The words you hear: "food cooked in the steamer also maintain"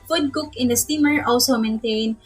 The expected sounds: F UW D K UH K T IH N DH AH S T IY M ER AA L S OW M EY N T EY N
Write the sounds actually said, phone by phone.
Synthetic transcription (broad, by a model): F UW D K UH K IH N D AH S T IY M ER AA L S OW M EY N T EY N